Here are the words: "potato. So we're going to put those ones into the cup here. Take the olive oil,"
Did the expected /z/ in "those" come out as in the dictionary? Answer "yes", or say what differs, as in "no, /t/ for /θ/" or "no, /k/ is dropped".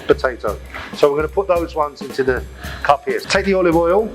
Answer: yes